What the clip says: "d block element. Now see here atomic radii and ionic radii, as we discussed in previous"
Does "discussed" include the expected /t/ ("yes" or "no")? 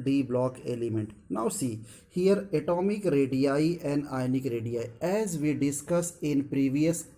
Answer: no